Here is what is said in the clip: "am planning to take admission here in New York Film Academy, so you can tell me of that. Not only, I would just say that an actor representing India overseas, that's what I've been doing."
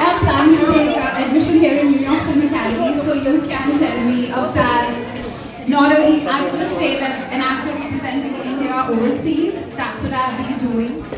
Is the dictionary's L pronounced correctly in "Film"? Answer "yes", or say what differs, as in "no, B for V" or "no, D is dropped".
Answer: no, L is dropped